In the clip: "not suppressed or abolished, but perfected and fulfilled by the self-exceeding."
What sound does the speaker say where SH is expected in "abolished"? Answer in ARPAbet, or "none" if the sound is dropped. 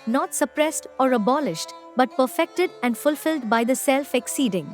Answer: SH